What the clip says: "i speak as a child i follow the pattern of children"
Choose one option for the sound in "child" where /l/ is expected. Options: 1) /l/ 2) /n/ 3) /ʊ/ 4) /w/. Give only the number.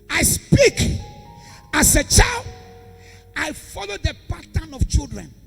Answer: 1